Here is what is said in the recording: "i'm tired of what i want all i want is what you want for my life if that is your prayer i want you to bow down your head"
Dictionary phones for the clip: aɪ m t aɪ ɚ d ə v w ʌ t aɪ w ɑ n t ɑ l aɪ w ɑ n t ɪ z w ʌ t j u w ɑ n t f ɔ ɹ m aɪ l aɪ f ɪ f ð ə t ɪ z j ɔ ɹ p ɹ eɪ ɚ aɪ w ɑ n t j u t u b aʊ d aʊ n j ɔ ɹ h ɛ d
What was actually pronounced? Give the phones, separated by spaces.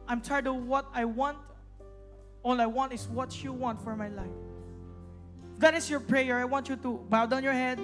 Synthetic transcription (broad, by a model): aɪ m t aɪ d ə w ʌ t aɪ w ɑ n t ɑ l aɪ w ɑ n t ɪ s w ʌ t j u w ɑ n t f ɔ ɹ m aɪ l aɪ ɪ f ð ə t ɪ s j ɔ ɹ p ɹ eɪ ɚ aɪ w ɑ n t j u t u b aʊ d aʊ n j ɔ ɹ h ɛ d